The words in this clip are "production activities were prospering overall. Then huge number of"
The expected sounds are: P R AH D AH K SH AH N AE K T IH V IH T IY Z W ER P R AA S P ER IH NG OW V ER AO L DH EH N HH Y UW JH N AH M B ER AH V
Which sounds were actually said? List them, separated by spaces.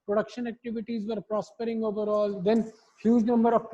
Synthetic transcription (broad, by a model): P R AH D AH K SH AH N AE K T IH V IH T IY Z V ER P R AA S P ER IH NG OW V ER AO L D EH N HH Y UW JH N AH M B ER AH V